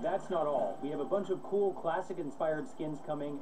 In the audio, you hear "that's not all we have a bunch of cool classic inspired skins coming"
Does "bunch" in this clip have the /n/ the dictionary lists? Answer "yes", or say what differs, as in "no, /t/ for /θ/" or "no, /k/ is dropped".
yes